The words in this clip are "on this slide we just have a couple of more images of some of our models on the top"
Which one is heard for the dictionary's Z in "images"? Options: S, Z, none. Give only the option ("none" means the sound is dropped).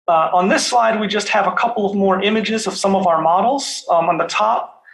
Z